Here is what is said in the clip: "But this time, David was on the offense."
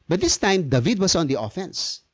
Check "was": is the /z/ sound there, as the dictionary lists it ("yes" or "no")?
no